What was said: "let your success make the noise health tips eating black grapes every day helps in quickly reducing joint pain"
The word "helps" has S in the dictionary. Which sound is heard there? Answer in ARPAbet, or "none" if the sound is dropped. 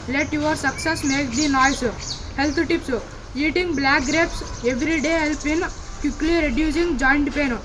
none